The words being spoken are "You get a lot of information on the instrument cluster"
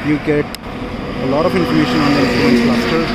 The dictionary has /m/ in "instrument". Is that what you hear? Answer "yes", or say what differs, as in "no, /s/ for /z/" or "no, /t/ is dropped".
no, /m/ is dropped